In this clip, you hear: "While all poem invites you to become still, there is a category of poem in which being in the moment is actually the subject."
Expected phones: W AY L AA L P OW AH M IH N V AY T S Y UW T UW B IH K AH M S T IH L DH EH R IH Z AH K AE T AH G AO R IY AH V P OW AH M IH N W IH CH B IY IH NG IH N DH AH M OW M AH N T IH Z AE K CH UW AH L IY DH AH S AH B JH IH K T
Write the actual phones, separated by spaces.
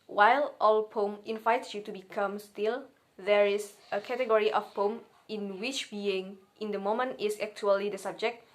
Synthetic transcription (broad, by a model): W AY L AA L P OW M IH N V AY T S Y UW T UW B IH K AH M S T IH L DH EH R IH S AH K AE T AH G AO R IY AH F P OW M IH N W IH CH B IY IH NG IH N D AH M OW M AH N T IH S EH K CH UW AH L IY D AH S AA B JH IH K T